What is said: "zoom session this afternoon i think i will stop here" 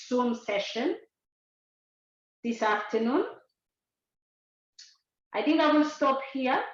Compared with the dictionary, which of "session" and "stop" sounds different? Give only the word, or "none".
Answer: none